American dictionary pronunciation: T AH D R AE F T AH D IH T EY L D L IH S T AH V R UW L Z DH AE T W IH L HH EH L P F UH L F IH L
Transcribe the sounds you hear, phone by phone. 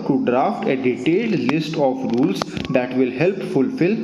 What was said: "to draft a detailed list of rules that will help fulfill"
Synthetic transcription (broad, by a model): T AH D R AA F T AH D IH T EY L D L IH S T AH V R UW L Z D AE T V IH L HH EH L P F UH L F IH L